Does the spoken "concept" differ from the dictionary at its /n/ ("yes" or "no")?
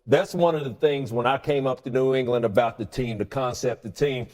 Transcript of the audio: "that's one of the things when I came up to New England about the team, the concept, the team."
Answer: no